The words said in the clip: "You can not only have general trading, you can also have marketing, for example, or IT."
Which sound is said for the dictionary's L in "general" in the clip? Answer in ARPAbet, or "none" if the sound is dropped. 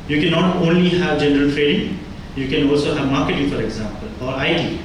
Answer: L